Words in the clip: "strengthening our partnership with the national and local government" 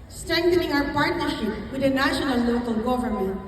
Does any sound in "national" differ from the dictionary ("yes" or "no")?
yes